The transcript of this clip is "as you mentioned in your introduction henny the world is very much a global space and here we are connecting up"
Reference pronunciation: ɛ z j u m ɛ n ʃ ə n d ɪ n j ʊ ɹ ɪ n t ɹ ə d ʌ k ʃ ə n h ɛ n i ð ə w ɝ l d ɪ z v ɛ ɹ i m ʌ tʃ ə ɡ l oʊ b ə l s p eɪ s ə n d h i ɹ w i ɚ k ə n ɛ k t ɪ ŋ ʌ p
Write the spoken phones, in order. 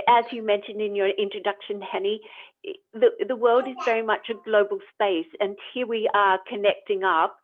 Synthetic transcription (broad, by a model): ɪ z j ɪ m ɛ n ʃ ə n d ɪ n j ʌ ɹ ɪ n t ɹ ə d ʌ k ʃ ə n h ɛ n i ð ə w ɝ l d ɪ z v ɛ ɹ i m ʌ tʃ ə ɡ l oʊ b l s p eɪ s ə n h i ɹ w i ɚ k ə n ɛ k t ɪ ŋ ʌ p